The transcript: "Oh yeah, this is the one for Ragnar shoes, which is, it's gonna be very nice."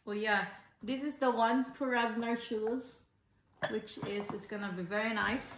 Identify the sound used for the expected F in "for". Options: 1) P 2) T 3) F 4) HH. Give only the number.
1